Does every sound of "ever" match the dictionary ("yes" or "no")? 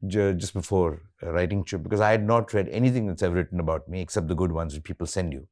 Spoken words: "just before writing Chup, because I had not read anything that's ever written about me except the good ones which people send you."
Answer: no